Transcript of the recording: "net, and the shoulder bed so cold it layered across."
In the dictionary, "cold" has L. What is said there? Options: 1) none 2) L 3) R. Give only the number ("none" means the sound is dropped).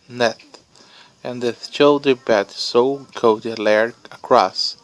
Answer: 1